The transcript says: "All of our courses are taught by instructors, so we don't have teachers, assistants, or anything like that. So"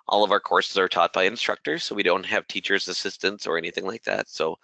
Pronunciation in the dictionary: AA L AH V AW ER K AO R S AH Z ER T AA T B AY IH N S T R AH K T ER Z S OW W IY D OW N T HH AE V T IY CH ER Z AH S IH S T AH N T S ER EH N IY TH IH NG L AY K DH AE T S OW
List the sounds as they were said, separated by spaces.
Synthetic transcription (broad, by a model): AA L AH V AW ER K AO R S AH Z ER T AA T B AY IH N S T R AH K T ER Z S OW W IY D OW N T HH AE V T IY CH ER Z AH S IH S T AH N T S ER EH N IY TH IH NG L AY K DH AE T S OW